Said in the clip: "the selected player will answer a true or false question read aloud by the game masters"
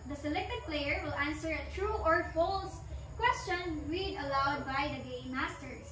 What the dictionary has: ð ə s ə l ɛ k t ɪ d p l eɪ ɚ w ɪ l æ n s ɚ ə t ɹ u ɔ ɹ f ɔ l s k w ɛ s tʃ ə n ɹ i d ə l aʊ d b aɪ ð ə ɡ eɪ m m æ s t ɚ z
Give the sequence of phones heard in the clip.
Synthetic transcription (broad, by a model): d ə s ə l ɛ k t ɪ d p l eɪ ɚ w ɪ l æ n s ɚ ə t ɹ u ɔ ɹ f ɔ l s k w ɛ s tʃ ə n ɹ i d ə l aʊ d b aɪ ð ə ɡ eɪ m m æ s t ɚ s